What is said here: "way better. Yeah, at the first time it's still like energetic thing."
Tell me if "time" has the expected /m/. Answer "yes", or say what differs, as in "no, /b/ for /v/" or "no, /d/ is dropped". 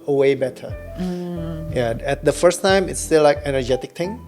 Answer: yes